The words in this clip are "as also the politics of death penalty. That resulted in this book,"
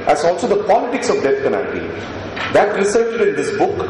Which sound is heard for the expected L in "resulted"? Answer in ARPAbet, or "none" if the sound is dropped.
none